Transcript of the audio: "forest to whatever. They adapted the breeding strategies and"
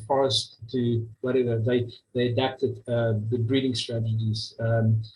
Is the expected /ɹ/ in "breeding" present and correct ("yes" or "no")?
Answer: yes